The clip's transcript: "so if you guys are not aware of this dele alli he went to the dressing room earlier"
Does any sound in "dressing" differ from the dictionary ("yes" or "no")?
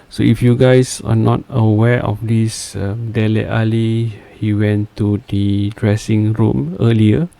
no